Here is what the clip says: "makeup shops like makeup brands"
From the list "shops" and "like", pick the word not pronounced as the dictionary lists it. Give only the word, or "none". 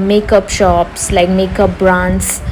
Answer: none